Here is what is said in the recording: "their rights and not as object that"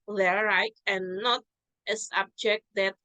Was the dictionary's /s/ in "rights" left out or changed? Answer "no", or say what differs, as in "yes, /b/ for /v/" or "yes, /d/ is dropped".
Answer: yes, /s/ is dropped